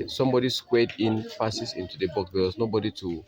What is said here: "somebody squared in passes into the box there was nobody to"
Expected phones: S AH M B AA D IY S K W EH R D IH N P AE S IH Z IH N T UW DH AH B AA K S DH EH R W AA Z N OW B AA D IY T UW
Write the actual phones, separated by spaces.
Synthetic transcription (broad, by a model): S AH M B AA D IY S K W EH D IH N F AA S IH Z IH N T UW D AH B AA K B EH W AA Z N OW B AA D IY T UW